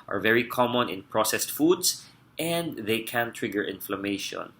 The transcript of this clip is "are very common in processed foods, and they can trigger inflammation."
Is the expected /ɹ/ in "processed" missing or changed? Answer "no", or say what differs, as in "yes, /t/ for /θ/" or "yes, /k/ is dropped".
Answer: no